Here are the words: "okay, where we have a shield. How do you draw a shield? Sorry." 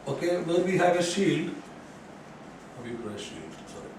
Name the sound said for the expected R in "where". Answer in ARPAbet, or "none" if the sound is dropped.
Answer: L